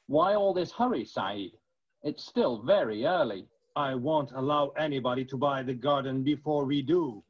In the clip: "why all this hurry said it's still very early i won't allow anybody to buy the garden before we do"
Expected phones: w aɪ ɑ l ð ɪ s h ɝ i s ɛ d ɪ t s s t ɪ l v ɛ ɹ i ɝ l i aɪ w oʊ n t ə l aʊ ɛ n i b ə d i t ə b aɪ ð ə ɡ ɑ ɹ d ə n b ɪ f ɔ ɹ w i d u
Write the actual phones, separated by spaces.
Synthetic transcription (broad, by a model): w aɪ ɑ l ð ɪ s h ɝ i s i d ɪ t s s t ɪ l v ɛ ɹ i ɝ l i aɪ w oʊ n t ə l aʊ ɛ n i b ə d i t ə b aɪ ð ə ɡ ɑ ɹ d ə n b ɪ f ɔ ɹ w i d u